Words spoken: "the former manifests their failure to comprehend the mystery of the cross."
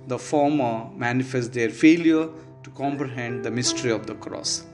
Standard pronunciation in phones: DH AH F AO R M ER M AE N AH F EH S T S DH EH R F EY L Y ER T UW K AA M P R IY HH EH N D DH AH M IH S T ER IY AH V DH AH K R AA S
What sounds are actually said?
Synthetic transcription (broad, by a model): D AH F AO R M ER M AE N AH F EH S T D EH R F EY L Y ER T UW K AA M P R IY HH EH N D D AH M IH S T ER IY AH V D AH K R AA S